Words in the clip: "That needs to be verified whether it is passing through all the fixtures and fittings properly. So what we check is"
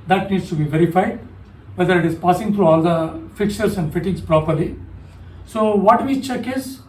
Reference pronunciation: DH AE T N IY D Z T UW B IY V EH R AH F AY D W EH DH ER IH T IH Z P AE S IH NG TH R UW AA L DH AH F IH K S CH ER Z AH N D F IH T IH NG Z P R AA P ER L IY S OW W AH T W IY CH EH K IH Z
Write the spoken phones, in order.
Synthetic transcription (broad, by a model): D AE T N IY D S T UW B IY V EH R AH F AY D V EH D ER IH T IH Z P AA S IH NG T R UW AA L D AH F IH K CH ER S AH N D F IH T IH NG S P R AA P ER L IY S OW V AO T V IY CH EH K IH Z